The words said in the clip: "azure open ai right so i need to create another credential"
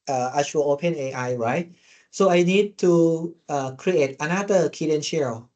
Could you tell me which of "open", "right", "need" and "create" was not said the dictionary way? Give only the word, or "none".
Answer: none